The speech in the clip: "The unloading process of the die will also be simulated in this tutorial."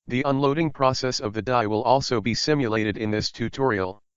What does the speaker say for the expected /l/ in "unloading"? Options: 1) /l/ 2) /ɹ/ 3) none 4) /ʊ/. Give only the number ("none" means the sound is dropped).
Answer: 1